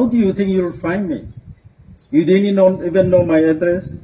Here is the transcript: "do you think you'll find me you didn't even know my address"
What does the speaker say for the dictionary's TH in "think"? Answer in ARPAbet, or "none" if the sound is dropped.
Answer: T